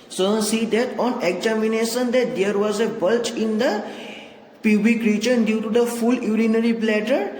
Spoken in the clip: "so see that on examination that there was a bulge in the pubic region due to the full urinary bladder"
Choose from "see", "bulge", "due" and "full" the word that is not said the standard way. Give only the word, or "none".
bulge